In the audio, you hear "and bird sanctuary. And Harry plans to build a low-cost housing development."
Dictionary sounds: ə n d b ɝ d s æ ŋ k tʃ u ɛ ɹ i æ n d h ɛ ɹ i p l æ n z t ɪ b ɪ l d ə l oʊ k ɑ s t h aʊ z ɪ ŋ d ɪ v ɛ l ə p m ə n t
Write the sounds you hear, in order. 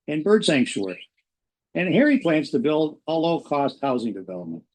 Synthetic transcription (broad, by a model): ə n b ɝ d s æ ŋ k ʃ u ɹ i n h ɛ ɹ i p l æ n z t ɪ b ɪ l d ə l oʊ k ɑ s t h aʊ z ɪ ŋ d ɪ v ɛ l ə p m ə n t